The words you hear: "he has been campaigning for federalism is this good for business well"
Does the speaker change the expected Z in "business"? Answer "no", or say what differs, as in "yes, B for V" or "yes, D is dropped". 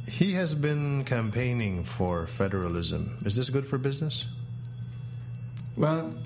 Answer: no